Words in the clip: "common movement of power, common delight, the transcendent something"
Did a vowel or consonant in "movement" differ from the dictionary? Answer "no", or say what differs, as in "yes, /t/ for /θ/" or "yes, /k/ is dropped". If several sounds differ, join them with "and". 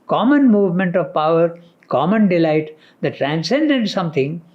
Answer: no